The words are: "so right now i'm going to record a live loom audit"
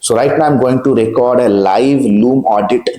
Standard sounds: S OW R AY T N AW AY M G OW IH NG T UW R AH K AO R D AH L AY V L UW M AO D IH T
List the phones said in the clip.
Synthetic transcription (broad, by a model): S OW R AY T N AW AY M G OW IH NG T UW R AH K AO R D AH L AY V L UW M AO D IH T